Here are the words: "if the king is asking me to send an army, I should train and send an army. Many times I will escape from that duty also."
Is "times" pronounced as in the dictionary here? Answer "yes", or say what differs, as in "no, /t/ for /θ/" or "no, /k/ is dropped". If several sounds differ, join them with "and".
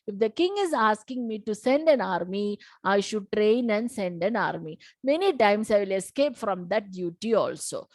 no, /s/ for /z/